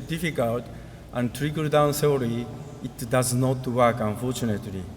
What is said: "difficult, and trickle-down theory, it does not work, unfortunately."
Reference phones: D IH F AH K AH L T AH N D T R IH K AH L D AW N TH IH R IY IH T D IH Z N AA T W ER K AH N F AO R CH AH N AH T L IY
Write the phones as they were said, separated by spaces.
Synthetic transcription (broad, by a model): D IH F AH K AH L T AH N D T R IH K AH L D AW N S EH L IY IH T D IH Z N AA T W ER K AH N F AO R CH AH N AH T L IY